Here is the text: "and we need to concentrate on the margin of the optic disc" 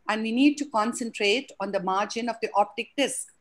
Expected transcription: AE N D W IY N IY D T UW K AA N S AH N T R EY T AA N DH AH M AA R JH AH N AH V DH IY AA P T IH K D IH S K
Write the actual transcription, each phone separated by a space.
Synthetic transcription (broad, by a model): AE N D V IY N IY D T UW K AA N S AH N T R EY T AA N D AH M AA R JH AH N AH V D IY AA P T IH K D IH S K